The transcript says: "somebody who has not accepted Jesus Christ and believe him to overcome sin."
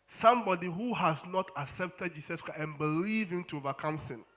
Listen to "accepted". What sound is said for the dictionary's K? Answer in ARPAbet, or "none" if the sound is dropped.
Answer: K